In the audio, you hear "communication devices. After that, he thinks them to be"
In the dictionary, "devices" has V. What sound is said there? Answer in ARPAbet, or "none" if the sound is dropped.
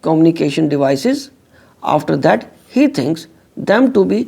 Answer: V